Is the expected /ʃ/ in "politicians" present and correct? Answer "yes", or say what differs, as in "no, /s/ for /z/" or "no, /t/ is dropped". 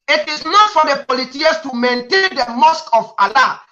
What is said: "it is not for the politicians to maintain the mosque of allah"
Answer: no, /ʃ/ is dropped